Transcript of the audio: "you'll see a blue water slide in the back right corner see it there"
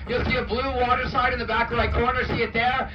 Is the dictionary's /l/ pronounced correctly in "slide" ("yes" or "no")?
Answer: no